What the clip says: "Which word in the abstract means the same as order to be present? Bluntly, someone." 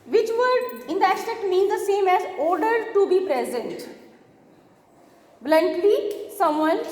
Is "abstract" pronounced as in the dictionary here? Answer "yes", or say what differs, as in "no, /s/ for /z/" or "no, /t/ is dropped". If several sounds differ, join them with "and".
no, /b/ is dropped and /ɹ/ is dropped